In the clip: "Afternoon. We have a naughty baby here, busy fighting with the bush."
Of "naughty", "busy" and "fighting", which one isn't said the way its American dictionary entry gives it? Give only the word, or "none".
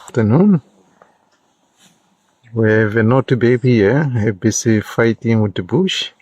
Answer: busy